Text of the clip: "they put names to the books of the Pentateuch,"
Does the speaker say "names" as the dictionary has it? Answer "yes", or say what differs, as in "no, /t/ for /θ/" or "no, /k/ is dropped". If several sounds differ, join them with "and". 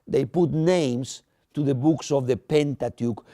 no, /s/ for /z/